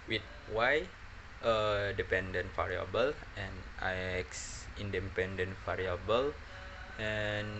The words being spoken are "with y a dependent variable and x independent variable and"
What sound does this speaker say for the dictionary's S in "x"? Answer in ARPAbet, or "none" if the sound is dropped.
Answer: S